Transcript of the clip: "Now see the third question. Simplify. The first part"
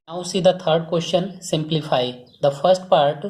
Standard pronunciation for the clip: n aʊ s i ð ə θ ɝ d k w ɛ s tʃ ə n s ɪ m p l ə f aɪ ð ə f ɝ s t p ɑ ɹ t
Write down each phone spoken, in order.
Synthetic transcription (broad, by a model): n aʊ s i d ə t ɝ d k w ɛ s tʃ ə n s ɪ m p l ə f aɪ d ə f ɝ s t p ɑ ɹ t